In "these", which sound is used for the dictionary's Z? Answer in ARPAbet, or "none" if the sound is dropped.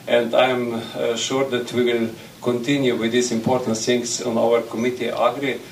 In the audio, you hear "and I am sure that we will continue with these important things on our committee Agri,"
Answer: S